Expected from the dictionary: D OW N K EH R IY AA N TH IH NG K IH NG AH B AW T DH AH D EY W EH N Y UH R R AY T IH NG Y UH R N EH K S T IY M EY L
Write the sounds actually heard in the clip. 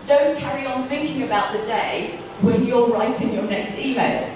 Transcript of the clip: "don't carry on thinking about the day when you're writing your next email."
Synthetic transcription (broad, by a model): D OW N K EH R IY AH N TH IH NG K IH NG AH B AW T DH AH D EY W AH N Y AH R R AY T IH NG Y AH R N EH K S T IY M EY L